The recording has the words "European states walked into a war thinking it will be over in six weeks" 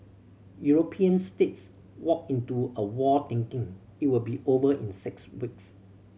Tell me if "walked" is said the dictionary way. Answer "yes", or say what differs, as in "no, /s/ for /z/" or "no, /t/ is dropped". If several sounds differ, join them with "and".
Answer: no, /t/ is dropped